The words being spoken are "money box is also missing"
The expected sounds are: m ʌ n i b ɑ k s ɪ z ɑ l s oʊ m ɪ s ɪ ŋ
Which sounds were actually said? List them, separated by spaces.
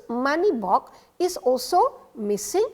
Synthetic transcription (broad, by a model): m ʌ n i b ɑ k ɪ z ɑ l s oʊ m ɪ s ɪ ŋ